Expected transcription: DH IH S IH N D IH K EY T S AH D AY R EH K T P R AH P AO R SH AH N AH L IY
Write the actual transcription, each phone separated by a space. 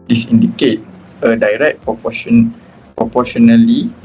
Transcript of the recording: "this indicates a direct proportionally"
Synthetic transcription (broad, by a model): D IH S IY N D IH K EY T AH D AY R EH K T P R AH P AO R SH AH N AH L IY